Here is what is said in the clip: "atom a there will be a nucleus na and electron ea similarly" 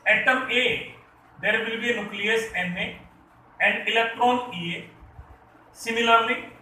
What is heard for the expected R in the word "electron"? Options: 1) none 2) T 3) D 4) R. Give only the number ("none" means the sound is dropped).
4